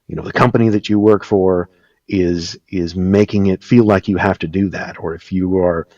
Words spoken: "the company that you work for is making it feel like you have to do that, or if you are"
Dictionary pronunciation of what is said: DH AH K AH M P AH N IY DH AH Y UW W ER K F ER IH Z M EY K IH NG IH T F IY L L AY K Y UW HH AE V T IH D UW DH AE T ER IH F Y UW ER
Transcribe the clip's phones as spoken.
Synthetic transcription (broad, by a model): DH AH K AH M P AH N IY DH AH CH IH W ER K F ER IH Z M EY K IH NG IH T F IY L L AY K Y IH HH AE F T IH D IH DH AE T ER IH F Y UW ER